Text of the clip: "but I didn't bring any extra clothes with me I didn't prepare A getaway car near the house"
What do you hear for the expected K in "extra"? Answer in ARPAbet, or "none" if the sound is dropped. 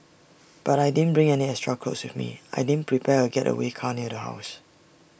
none